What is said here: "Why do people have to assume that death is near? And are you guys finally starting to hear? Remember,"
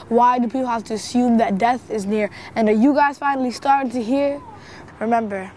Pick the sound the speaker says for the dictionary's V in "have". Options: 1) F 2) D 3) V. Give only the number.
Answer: 1